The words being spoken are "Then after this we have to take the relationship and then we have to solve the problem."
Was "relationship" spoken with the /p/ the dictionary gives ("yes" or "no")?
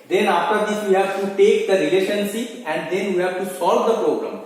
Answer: no